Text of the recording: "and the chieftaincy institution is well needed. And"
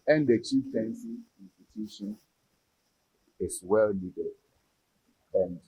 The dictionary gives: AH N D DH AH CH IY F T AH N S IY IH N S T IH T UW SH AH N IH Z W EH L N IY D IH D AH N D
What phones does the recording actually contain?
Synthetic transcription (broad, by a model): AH N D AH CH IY T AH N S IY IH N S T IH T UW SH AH N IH S W EH L L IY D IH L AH N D